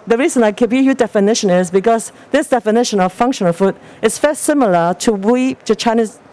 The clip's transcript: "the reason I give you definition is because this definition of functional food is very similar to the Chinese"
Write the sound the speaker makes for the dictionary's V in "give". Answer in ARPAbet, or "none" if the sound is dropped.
B